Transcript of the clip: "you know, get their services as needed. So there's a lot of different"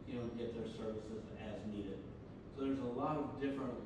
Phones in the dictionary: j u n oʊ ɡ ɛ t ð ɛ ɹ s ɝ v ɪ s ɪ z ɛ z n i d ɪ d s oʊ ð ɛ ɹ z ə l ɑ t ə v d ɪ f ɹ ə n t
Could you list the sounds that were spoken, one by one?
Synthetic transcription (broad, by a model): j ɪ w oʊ ɡ ɛ t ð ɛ ɹ s ɝ v ɪ s ɪ z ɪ z n i d ɪ d s oʊ ð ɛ ɹ z ə l ɑ t ə v d ɪ f ɹ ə n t